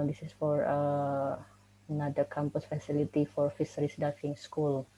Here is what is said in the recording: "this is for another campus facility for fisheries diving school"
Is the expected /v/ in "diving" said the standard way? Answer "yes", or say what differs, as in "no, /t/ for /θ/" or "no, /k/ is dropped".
no, /f/ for /v/